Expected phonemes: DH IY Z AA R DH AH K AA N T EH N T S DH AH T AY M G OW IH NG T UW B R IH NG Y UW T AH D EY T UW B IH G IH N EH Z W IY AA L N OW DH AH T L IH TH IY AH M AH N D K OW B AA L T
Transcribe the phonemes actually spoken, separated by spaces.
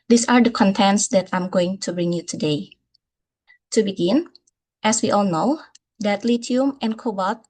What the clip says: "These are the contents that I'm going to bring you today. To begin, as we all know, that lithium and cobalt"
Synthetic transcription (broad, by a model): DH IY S AA R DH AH K AA N T EH N T S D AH T AY M G OW IH NG T UW B R IH NG Y UW T AH D EY T UW B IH G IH N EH S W IY AA L N OW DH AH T L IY T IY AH M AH N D K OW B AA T